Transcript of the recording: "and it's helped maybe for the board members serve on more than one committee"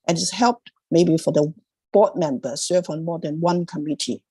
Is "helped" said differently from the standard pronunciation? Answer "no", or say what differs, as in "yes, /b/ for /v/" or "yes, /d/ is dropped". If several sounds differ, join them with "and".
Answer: no